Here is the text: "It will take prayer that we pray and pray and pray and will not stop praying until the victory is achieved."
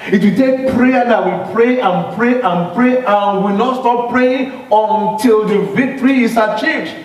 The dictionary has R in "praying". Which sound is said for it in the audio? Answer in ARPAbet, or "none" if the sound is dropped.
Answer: R